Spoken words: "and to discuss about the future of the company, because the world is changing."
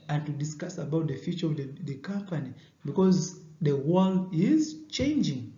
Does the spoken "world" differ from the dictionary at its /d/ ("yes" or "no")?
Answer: yes